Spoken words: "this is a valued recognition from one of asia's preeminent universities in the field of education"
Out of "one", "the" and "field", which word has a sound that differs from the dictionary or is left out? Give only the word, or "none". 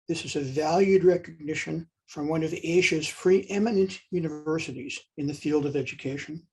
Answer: none